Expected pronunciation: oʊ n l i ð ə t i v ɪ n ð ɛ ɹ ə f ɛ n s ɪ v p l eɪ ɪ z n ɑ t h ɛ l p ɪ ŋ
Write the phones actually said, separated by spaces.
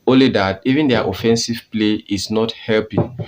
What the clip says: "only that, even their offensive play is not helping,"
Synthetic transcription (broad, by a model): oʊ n l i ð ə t i v ɪ n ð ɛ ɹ ə f ɛ n s ɪ v p l eɪ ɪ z n ɑ t h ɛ l p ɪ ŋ